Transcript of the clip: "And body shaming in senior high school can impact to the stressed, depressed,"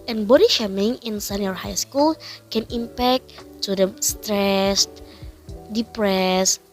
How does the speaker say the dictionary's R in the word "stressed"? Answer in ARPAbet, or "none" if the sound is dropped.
R